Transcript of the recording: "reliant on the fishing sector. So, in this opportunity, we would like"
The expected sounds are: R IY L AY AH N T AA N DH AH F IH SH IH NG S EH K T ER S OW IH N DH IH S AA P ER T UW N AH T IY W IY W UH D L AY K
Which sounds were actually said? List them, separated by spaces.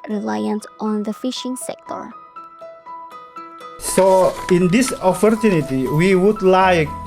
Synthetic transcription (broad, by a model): R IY L AY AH N T AA N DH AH F IH SH IH NG S EH K T ER S OW IH N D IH S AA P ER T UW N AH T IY W IY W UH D L AY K